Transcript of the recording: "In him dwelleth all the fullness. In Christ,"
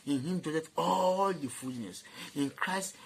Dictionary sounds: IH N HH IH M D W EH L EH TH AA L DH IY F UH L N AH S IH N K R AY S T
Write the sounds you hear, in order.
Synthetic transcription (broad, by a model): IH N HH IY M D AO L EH T AA L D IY F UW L N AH S IH N K R AY S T